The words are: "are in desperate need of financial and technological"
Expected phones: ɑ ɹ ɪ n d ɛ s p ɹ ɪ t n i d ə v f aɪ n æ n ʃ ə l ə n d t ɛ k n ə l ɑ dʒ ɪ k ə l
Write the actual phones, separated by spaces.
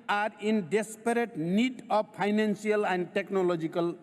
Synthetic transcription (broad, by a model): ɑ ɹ ɪ n d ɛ s p ɹ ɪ t n i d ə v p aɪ n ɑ n s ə l ə n d t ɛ k n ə l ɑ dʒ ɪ k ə l